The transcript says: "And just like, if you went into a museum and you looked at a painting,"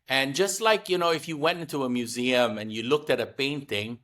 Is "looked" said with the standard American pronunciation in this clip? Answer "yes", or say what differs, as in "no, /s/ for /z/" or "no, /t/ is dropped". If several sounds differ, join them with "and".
yes